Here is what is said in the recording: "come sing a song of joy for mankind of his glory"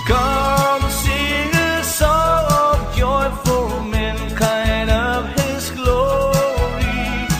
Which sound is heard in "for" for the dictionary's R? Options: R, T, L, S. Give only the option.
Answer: L